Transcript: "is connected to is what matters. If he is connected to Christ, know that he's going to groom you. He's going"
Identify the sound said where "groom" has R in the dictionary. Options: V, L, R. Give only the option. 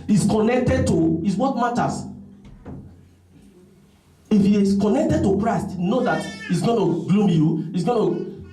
L